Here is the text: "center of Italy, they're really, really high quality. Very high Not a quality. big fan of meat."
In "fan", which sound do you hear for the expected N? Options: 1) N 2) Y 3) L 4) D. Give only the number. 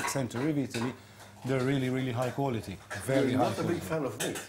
3